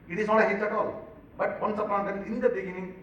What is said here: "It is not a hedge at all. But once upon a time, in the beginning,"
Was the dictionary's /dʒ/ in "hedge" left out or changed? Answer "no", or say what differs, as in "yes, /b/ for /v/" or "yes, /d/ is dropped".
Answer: yes, /tʃ/ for /dʒ/